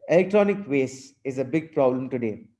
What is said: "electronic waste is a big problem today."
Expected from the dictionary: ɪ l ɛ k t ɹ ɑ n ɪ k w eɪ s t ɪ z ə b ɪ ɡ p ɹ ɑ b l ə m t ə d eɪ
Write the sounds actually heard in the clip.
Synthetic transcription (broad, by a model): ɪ l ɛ k t ɹ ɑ n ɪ k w eɪ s ɪ z ə b ɪ ɡ p ɹ ɑ b l ə m t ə d eɪ